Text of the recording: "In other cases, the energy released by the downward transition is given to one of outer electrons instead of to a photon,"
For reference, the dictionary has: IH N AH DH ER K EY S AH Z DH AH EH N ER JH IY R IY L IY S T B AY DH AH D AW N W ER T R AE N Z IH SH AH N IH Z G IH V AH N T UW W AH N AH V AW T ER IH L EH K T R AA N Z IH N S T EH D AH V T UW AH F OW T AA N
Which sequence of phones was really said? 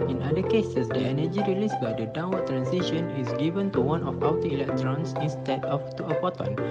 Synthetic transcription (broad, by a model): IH N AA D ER K EY S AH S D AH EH N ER JH IY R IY L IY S B AY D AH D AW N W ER T R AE N S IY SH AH N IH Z G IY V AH N T UW W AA N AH F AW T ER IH L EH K T R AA N S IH N S T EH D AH F T UW AH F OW T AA N